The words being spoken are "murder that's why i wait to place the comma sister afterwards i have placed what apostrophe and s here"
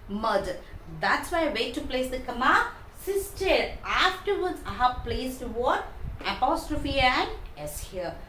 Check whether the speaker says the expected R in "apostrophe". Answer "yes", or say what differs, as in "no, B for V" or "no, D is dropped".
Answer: yes